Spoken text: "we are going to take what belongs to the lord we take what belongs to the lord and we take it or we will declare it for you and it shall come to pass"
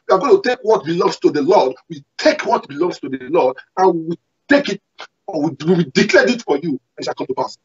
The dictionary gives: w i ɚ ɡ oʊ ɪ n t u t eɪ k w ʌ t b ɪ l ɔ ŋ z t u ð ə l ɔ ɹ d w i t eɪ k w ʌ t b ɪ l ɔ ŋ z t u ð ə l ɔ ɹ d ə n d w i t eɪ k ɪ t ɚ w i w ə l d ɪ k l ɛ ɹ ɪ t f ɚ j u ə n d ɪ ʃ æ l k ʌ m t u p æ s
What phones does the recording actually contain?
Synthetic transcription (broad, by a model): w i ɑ ɡ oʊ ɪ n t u t eɪ k w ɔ t b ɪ l ɔ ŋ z t u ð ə l ɔ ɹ d w i t eɪ k w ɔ t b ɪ l ɔ ŋ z t u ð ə l ɔ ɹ d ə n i w i t eɪ k ɪ t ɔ w i w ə w d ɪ k l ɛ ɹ ɪ t f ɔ j u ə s ɪ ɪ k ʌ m t u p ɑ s